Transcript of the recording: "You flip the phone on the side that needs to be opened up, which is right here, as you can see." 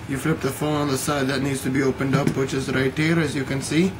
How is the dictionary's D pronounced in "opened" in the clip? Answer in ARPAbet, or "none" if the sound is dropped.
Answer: D